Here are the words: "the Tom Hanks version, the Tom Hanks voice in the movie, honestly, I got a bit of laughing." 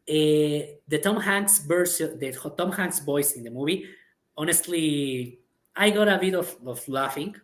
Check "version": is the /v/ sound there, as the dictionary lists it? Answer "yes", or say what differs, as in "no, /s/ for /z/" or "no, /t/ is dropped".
no, /b/ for /v/